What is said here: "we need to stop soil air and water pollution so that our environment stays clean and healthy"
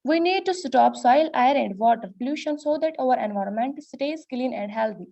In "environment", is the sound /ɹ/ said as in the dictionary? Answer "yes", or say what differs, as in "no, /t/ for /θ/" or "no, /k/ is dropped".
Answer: yes